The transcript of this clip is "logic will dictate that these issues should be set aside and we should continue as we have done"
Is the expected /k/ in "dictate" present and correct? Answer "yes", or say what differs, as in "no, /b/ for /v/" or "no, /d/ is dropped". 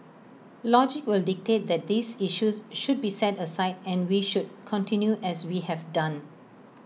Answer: yes